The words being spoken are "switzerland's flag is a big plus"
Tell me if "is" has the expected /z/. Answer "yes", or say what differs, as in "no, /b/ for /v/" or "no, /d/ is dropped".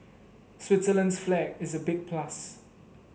yes